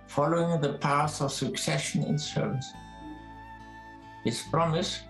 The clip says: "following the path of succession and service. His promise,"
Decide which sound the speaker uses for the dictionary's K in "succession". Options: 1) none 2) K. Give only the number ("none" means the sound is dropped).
2